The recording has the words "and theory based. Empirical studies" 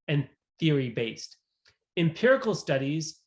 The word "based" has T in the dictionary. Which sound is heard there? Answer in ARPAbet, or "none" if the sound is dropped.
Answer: T